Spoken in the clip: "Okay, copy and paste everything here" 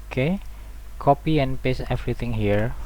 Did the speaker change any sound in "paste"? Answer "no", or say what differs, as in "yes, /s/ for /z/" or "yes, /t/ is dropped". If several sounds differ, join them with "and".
yes, /t/ is dropped